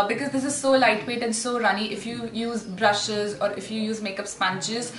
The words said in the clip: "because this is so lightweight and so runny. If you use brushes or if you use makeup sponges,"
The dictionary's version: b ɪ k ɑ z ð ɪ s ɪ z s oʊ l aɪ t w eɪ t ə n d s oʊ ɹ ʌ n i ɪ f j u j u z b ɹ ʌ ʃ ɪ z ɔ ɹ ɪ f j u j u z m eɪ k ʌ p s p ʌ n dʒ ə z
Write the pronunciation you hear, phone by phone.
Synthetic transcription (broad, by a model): b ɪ k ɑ z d ɪ s ɪ z s oʊ l aɪ t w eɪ t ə n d s oʊ ɹ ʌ n i ɪ f j u j u z b ɹ ʌ ʃ ɪ z ɔ ɹ ɪ f j u j u z m eɪ k ʌ p s p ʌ n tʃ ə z